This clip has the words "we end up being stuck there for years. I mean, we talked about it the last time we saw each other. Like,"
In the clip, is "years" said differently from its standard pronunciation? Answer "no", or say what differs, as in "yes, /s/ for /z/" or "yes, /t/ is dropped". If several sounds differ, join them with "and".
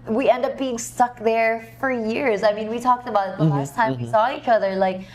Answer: no